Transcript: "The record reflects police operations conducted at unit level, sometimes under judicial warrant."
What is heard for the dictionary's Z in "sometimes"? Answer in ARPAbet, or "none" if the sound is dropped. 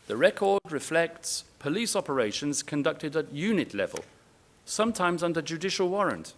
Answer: Z